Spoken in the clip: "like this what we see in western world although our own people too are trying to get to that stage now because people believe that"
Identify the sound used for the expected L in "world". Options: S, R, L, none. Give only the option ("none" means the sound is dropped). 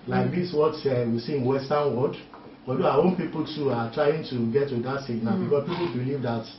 none